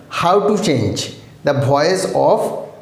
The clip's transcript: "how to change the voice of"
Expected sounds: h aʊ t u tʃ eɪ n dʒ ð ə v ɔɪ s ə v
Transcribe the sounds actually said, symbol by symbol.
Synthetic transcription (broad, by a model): h aʊ t u tʃ eɪ n dʒ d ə b ɔɪ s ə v